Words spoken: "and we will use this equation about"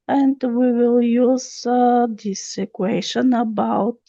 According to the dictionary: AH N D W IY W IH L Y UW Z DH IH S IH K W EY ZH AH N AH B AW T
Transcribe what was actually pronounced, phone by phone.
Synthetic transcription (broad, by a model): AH N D W IY W IH L Y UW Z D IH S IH K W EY SH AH N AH B AW T